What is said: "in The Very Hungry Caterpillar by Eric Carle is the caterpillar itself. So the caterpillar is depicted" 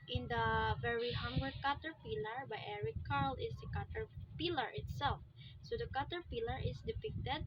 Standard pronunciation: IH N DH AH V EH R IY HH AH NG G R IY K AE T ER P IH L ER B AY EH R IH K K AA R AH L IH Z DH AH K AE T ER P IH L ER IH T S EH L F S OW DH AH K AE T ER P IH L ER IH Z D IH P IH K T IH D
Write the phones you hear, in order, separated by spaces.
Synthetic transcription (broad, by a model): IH N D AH V EH R IY HH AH NG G IY K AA T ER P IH L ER B AY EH R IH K K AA R L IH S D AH K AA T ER P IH L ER IH T S EH L F S OW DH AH K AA T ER P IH L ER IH S D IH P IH K T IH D